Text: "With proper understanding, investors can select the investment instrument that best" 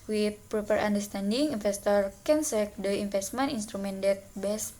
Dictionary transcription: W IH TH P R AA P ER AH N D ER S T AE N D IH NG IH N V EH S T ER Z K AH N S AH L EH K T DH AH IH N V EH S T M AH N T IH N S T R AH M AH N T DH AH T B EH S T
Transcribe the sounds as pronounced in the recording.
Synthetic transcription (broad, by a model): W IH P R AA P ER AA N D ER S T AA N D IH NG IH N F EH S T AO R K AH N S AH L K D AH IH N F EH S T M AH N IY N S T R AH M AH N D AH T B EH S